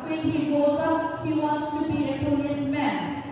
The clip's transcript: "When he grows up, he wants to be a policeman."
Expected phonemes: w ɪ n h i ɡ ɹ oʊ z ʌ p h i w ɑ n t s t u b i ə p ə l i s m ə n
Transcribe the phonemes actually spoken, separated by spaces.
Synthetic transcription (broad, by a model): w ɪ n h i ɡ oʊ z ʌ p h i w ɑ n t s t u b i ə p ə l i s m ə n